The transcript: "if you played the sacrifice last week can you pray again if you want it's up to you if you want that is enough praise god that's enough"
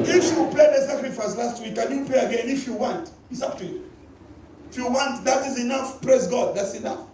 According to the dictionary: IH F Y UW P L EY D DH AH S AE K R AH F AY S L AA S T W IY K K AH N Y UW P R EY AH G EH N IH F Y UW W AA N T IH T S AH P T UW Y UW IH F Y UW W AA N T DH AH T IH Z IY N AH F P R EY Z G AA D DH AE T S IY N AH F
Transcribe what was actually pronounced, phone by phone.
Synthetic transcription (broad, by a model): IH F Y UW P L EY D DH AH S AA K R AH F AY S L AA S T W IY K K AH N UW P L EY AH G EH N IH F Y UW W AA N T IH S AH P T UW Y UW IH F Y UW W AA N T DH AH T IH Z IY N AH F P R EY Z G AA D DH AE T S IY N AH F